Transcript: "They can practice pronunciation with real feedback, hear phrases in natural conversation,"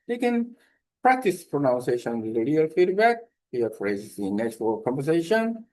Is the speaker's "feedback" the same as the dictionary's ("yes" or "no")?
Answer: yes